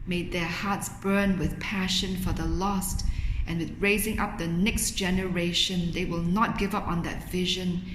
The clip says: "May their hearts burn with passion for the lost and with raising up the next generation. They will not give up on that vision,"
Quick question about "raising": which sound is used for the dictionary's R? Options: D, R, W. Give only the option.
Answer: R